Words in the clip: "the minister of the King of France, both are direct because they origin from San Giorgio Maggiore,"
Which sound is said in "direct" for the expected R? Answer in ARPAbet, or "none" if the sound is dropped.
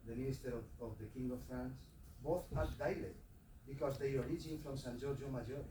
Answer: L